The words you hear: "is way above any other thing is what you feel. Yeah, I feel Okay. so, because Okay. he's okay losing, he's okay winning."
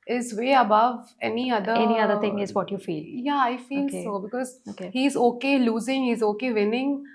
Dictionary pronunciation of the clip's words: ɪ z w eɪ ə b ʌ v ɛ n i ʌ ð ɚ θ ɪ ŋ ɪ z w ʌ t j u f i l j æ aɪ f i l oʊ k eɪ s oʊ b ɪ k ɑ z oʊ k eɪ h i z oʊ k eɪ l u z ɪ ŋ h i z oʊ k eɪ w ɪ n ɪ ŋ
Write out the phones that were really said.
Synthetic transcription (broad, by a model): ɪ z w eɪ ə b ʌ v ɛ n i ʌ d ɚ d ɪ ŋ ɪ z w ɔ t j u f i l j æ aɪ f i l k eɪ s oʊ b ɪ k ɑ z oʊ k eɪ h i z oʊ k eɪ l u z ɪ ŋ h i z oʊ k eɪ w ɪ n ɪ ŋ